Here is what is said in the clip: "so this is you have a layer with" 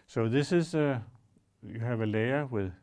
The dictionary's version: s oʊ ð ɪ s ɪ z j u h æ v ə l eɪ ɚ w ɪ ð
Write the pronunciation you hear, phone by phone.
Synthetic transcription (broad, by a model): s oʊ ð ɪ s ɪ s j u h æ v ə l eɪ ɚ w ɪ ð